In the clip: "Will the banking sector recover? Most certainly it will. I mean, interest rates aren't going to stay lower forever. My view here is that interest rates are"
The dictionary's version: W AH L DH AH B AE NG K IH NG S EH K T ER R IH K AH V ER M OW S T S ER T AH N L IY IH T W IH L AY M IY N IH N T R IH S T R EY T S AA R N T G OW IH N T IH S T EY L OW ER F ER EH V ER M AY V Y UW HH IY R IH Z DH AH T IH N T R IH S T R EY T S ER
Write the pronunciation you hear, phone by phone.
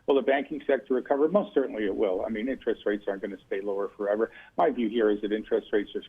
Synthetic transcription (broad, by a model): W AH L DH AH B AE NG K IH NG S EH K T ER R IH K AH V ER M OW S T S ER T N L IY IH T W IH L AY M IY N IH N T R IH S T R EY T S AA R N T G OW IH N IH S T EY L OW ER F ER EH V ER M AY V Y UW HH IY R IH Z DH AH T IH N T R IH S T R EY T S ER